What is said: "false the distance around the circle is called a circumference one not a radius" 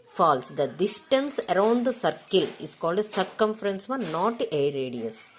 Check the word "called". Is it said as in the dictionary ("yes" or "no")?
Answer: yes